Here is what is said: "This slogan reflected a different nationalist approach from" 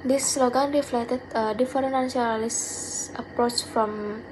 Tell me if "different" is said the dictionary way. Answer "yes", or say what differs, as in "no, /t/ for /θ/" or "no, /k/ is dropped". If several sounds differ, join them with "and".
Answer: no, /ɹ/ is dropped and /n/ is dropped